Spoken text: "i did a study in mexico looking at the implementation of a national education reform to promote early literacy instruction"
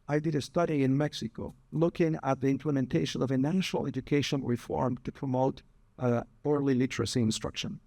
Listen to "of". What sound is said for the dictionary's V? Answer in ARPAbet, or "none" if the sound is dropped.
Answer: V